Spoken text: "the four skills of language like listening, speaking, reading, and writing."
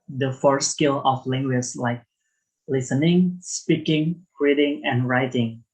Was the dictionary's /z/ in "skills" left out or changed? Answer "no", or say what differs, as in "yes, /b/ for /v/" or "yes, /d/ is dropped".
yes, /z/ is dropped